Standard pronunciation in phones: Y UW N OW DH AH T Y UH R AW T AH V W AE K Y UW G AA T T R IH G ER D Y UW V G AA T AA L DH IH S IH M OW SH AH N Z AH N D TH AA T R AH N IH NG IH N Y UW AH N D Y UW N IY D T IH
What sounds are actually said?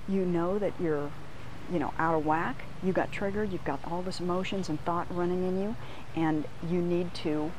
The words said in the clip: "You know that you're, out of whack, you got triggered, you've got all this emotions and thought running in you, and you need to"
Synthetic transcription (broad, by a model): Y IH N OW DH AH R Y UH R AW T AH V W AE K Y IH G AA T T R IH G ER D Y UW V G AA T AA L DH IH S IH M OW SH AH N Z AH N TH AA T R AH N IH NG IH N Y UW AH N Y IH N IY D T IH